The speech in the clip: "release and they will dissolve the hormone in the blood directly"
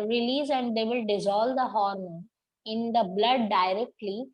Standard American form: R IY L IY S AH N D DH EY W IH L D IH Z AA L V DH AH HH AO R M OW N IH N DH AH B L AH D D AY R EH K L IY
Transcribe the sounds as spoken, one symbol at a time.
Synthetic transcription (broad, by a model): R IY L IY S AH N D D EY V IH L D IH Z AA L V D AH HH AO R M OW IH N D AH B L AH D D AY R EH K L IY